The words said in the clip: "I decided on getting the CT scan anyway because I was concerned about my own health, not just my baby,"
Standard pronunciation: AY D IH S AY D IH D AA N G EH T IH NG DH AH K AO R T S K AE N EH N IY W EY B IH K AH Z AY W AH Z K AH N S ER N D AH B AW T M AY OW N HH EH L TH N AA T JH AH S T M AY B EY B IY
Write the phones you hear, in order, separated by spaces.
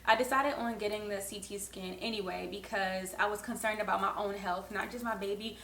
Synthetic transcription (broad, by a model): AY D IH S AY D IH D N G EH T IH NG DH AH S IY T S K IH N EH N IY W EY B IH K AH Z AY W AH Z K AH N S ER N D AH B AW T M AY OW N HH EH L TH N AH T JH AH S T M AY B EY B IY